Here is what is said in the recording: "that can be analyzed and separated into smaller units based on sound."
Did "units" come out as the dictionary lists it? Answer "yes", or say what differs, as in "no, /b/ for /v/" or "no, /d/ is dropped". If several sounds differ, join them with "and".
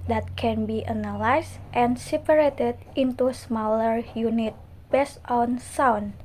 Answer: no, /s/ is dropped